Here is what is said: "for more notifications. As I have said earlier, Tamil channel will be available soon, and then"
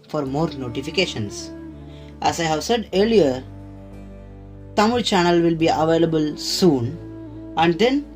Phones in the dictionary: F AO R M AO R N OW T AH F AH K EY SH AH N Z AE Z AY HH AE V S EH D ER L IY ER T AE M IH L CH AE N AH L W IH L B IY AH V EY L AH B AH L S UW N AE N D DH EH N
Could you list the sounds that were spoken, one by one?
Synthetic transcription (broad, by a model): F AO R M AO R N OW T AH F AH K EY SH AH N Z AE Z AY HH AE V S EH D ER L IY ER T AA M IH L CH AE N AH L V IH L B IY AH V EY L AH B AH L S UW N AE N D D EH N